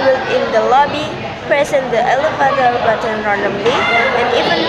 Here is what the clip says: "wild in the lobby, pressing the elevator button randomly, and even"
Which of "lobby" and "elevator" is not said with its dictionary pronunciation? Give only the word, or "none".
elevator